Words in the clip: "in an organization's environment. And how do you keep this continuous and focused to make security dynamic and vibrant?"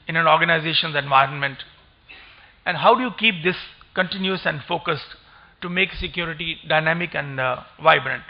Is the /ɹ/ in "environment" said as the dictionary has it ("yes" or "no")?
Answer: yes